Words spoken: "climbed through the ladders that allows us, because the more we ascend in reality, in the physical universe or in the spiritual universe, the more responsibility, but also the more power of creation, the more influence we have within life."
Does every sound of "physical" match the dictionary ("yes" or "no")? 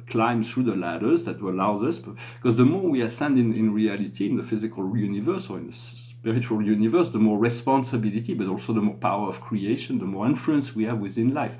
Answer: yes